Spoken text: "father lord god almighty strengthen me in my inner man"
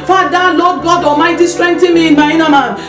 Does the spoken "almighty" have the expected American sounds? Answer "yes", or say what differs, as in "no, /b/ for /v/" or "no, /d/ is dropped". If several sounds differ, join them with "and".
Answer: no, /l/ is dropped